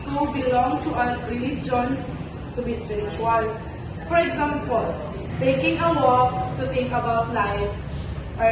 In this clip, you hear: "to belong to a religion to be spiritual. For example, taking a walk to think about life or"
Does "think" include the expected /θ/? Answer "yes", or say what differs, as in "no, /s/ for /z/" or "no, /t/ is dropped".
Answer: no, /t/ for /θ/